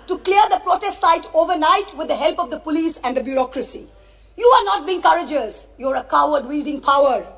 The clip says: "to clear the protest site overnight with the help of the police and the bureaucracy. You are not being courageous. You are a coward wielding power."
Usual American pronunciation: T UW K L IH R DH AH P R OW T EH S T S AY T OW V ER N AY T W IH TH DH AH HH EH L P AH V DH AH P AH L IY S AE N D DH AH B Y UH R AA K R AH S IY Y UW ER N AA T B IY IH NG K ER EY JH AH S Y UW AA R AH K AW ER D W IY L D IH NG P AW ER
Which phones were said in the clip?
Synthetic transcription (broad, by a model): T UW K L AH R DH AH P R OW T EH S T S AY T OW V ER N AY T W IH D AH HH EH L P AH V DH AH P AH L IY S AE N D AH B Y UH R AA K R AH S IY Y UW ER N AA T B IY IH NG K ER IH JH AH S Y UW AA R AH K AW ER D W IY L D IH NG P AW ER